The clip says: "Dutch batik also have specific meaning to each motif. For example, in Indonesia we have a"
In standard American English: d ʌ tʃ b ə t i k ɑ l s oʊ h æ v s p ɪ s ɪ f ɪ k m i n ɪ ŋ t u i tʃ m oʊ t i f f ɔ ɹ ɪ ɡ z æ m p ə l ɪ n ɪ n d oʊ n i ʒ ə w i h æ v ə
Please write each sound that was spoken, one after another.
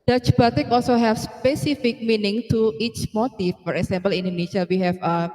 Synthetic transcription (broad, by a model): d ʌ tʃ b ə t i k ɑ l s oʊ h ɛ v s p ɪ s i f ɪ k m i n ɪ ŋ t u i tʃ m oʊ t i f f ɔ ɹ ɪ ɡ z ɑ m p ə l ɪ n n d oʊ n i ʃ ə w i h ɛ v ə